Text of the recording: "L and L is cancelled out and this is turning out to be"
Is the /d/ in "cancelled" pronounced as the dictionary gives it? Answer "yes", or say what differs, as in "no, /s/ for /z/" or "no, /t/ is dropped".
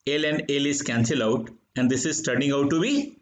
no, /d/ is dropped